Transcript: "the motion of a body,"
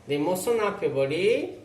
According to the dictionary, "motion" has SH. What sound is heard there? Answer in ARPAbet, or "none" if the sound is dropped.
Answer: S